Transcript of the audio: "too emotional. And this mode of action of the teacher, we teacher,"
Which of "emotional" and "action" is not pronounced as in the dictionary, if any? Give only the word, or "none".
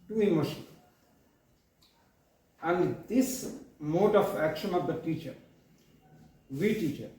emotional